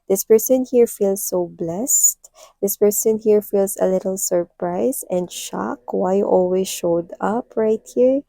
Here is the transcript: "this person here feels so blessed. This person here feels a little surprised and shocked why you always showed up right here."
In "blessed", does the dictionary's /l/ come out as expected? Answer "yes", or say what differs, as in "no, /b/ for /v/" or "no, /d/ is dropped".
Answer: yes